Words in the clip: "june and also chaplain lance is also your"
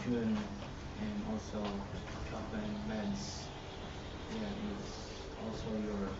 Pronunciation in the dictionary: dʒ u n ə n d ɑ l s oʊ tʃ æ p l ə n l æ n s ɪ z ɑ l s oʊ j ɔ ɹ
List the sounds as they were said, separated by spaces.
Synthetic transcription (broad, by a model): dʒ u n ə n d ɑ l s oʊ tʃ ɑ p ə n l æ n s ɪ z ɑ l s oʊ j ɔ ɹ